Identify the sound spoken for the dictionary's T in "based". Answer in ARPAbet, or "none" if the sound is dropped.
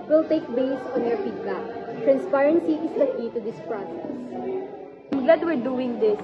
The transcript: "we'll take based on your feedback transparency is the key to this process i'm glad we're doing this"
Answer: none